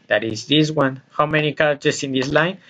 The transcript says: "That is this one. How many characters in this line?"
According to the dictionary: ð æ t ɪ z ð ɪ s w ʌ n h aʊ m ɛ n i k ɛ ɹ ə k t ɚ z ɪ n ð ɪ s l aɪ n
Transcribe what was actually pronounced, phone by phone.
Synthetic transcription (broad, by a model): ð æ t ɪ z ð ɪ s w ʌ n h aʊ m ɛ n i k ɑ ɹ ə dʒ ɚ s ɪ n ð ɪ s l aɪ n